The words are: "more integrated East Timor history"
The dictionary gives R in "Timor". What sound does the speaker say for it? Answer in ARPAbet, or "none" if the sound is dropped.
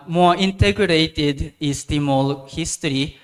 L